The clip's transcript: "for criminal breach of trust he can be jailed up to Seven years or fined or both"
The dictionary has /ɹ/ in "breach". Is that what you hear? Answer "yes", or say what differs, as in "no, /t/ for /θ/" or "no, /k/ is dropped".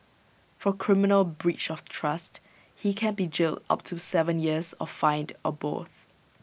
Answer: yes